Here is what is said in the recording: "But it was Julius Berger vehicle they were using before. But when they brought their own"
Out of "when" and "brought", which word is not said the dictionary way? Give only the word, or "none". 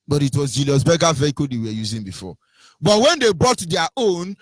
brought